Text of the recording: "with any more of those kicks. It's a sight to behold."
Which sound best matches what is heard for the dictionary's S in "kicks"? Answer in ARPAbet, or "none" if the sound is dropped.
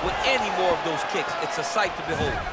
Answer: S